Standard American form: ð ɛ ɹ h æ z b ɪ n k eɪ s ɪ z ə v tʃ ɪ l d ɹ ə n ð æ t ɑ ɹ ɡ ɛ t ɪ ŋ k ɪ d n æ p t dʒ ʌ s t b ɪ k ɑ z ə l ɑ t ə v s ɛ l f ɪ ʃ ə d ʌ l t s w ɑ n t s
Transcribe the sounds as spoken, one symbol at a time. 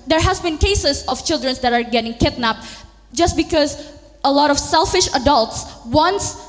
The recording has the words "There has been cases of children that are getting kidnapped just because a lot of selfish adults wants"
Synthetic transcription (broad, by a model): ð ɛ ɹ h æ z b ɪ n k eɪ s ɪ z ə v tʃ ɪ l d ɹ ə n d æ t ɑ ɹ ɡ ɛ t ɪ ŋ k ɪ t n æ p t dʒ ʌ s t b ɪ k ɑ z ə l ɑ t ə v s ɛ l f ɪ ʃ ə d ʌ l t s w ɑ n s